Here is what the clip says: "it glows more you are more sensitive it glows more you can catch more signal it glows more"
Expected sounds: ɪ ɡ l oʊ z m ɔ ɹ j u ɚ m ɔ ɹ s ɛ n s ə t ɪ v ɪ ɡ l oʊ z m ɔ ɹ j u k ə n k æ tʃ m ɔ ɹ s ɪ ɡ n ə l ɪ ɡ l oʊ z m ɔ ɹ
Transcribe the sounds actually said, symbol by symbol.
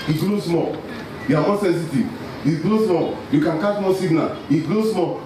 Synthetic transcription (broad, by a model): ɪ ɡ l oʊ s m ɔ l j u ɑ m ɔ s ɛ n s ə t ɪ ɪ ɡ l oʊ s m ɔ l j u k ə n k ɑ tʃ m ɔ s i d n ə ɪ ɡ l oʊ s m ɔ